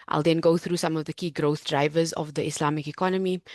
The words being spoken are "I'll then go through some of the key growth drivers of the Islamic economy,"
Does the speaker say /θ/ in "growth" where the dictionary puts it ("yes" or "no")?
yes